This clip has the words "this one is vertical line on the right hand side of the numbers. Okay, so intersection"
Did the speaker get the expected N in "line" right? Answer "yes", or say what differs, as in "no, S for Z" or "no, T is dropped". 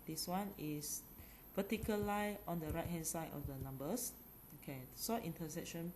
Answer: no, N is dropped